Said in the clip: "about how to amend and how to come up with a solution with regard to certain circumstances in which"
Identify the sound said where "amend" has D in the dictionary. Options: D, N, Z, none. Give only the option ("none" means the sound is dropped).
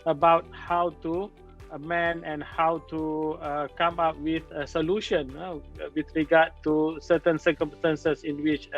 none